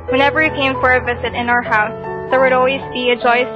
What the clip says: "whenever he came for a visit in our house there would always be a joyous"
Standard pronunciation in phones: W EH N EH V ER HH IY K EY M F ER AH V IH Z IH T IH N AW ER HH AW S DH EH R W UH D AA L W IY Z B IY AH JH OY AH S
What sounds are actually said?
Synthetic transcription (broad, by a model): W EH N EH V ER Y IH K EY M F ER AH V IH Z IH T IH N AW ER HH AW S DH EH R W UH D AA L W IY Z B IY AH JH OY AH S